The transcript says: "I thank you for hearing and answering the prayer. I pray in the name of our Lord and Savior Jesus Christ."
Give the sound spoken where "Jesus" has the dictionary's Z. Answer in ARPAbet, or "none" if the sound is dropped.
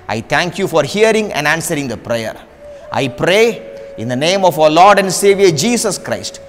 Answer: S